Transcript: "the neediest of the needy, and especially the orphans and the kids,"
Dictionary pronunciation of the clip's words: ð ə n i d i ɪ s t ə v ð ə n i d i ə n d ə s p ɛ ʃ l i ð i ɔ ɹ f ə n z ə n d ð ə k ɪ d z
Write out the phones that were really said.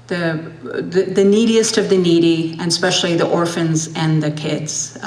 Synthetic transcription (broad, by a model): ð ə n i d i ɪ s t ə v ð ə n i d i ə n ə s p ɛ ʃ l i ð i ɔ ɹ f ə n z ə n ð ə k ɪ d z